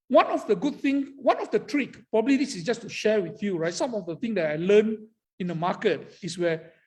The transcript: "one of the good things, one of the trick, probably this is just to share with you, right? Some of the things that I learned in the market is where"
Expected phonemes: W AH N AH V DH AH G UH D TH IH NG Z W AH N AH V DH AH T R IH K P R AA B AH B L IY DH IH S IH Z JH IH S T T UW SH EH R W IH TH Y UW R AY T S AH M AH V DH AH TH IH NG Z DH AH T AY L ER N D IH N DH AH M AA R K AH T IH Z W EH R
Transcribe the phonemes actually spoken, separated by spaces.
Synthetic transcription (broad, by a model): W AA N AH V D AH G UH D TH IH NG S W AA N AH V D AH T R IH K P R AA B AH B L IY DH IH S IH S JH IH S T T UW SH EH W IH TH Y UW R AY T S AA M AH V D AH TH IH NG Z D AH T AY L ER N IH N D AH M AA K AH T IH S W EH